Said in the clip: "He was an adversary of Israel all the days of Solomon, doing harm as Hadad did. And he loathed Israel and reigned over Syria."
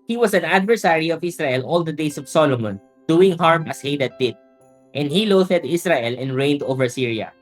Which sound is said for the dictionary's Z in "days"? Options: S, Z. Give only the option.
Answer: S